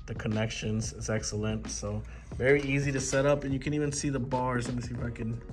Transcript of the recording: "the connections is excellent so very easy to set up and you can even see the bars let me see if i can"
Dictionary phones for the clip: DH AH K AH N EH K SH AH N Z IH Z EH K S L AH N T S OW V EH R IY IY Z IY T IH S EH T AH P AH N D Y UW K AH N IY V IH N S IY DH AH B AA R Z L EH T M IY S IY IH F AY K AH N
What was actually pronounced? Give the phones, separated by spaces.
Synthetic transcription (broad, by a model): DH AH K AH N EH K SH AH N Z IH Z EH K S L AH N T S OW V EH R IY IY Z IY T IH S EH T AH P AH N Y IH K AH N IY V IH N S IY DH AH B AA R Z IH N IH S IY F AY K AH N